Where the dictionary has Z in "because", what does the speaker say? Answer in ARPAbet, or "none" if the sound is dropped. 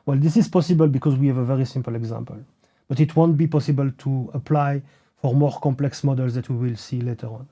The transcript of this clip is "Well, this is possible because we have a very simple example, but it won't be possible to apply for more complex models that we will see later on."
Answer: Z